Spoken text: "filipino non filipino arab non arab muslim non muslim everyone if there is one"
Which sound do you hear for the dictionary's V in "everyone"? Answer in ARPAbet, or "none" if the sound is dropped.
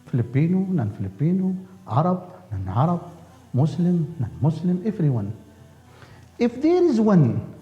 F